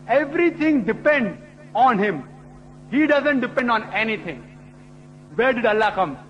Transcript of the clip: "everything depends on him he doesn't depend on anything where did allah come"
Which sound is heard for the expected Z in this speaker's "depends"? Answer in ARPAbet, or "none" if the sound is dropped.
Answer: none